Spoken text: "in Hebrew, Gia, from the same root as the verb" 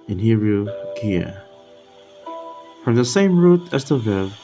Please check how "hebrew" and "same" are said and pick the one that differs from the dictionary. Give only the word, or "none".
hebrew